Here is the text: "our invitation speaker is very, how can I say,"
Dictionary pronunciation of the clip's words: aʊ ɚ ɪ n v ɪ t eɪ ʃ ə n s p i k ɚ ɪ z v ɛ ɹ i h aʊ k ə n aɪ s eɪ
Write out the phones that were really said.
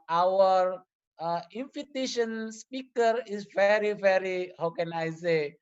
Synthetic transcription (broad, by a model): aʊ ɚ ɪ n f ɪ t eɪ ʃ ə n s p i k ɚ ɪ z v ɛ ɹ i h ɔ k ə n aɪ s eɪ